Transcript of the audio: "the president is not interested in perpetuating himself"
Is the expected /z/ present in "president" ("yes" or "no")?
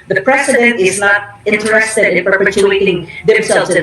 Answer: no